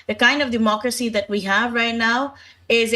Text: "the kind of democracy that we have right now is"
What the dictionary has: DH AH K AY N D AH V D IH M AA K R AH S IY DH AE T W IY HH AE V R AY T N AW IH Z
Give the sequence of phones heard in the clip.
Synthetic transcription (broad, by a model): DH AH K AY N D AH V D IH M AA K R AH S IY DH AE T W IY HH AE V R AY T N AW IH Z